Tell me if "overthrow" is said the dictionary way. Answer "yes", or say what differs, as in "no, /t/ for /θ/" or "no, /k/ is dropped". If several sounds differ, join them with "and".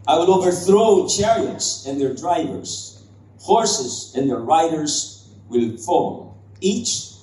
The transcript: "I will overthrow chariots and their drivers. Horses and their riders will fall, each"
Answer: yes